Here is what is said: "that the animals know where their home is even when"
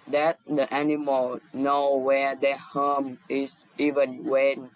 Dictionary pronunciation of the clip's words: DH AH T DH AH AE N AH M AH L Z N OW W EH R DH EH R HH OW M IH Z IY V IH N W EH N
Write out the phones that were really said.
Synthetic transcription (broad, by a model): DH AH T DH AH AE N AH M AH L N OW W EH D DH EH HH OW M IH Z IY V IH N W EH N